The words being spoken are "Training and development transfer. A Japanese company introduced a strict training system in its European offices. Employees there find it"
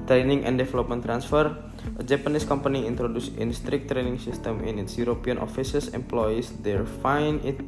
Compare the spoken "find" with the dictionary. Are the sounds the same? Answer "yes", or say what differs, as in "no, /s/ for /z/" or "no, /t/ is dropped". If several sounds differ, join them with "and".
no, /d/ is dropped